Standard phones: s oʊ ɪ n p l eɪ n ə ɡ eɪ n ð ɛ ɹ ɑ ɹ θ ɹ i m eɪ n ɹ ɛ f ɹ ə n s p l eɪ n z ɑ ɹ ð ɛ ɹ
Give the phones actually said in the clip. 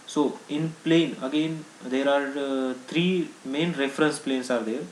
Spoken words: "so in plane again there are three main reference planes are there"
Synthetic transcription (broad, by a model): s oʊ ɪ n p l eɪ n ə ɡ eɪ n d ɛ ɹ ɑ ɹ t ɹ i m eɪ n ɹ ɛ f ɹ ə n s p l eɪ n s ɑ ɹ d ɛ ɹ